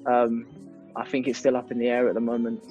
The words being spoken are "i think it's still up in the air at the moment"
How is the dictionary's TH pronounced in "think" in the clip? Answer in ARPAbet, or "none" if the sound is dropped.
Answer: TH